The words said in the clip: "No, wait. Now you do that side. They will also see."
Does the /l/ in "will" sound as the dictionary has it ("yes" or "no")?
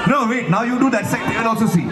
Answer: no